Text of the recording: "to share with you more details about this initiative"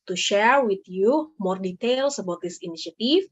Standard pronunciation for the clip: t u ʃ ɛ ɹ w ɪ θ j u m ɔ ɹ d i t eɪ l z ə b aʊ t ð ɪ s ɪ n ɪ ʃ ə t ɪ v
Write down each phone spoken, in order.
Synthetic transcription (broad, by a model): t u ʃ ɛ ɹ w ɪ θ j u m ɔ ɹ d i t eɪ l s ə b aʊ t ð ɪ s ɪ n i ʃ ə t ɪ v